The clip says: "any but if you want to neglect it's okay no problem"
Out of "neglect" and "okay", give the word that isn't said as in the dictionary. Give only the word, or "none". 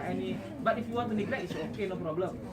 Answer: neglect